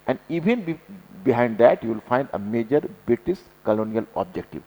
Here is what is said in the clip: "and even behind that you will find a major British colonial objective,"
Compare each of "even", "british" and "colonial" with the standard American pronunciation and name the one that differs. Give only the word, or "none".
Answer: british